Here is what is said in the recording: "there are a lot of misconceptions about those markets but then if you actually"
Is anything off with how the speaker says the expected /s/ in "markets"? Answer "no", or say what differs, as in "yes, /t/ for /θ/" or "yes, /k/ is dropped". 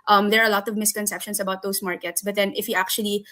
no